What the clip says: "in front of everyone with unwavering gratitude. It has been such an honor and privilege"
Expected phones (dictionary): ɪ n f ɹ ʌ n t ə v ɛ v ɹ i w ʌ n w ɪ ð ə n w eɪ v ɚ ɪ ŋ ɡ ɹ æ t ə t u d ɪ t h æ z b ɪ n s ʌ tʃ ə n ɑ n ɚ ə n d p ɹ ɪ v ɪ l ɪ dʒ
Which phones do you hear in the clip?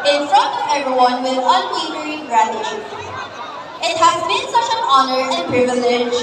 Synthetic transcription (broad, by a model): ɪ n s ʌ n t ɛ v ɹ i w ʌ n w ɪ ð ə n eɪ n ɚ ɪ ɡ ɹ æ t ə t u ɪ t h æ z b ɪ n s ʌ tʃ ə n ɑ n ɚ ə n p ɹ ɪ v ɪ l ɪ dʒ